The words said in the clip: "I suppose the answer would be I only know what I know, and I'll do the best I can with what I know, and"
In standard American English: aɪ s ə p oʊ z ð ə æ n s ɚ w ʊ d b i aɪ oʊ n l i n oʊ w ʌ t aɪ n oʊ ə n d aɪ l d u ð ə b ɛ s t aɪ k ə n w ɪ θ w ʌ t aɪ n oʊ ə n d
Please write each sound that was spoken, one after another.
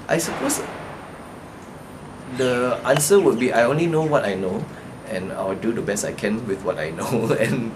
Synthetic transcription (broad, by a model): aɪ s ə p oʊ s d ə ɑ n s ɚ w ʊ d b i aɪ oʊ n l i n oʊ w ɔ t aɪ n oʊ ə n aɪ w d u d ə b ɛ s t aɪ k ə n w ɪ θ w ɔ t aɪ n oʊ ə n